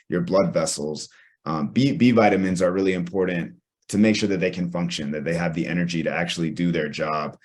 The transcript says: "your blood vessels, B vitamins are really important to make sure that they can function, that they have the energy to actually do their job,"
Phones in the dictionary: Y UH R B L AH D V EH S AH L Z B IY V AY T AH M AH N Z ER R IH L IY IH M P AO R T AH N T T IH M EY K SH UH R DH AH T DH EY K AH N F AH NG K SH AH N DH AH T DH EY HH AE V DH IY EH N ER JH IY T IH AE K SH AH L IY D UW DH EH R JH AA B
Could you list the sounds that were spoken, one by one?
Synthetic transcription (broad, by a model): Y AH R B L AH D V EH S L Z B IY V AY T AH M AH N Z ER R IH L IY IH M P AO R T N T T IH M EY K SH UH R DH AH T DH EY K AH N F AH NG K SH AH N DH AH T DH EY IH V DH IY EH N ER JH IY T IH AE K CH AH L IY D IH DH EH R JH AA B